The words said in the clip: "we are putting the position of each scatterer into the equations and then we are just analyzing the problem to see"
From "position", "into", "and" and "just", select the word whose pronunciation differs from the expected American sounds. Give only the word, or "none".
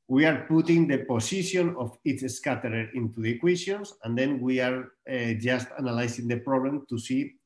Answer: position